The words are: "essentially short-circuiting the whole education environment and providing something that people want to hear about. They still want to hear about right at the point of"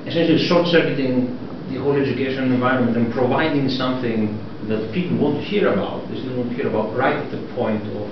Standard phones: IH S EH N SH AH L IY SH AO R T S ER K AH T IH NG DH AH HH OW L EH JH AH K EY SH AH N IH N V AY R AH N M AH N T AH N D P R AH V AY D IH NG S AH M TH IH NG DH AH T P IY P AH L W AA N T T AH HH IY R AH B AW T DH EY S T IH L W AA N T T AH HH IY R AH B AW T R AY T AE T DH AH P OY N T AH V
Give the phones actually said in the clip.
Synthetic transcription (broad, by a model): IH S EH N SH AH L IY S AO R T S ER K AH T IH NG DH AH HH OW L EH JH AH K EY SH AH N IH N V AY R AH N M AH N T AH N P R AH V AY D IH NG S AH M TH IH NG DH AH T P IY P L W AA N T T HH IY R AH B AW T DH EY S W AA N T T HH IY R AH B AW T R AY T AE T DH AH P OY N T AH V